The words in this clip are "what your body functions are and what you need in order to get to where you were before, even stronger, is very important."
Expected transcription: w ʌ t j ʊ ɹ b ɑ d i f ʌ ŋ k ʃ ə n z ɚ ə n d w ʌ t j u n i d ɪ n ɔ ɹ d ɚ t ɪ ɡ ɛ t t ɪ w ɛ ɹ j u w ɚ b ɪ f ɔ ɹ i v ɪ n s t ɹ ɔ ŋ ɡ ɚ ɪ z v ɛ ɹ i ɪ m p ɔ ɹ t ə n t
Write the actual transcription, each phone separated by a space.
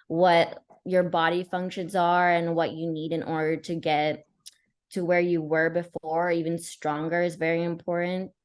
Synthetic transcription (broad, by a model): w ʌ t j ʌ ɹ b ɑ d i f ʌ ŋ k ʃ ə n z ɚ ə n w ʌ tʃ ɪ n i d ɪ n ɔ ɹ d ɚ t ɪ ɡ ɛ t t ɪ w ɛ ɹ j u w ɚ b ɪ f ɔ ɹ i v ɪ n s t ɹ ɔ ŋ ɡ ɚ ɪ z v ɛ ɹ i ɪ m p ɔ ɹ t n t